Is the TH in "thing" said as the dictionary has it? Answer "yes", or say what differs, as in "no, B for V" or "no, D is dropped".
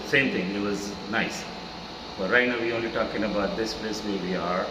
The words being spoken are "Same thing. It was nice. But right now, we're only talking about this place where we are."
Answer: no, T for TH